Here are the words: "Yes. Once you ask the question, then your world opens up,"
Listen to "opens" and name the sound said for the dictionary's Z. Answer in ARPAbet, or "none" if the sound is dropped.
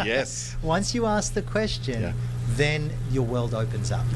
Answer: Z